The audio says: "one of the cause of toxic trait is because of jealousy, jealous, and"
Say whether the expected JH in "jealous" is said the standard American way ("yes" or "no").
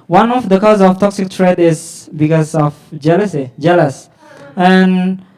yes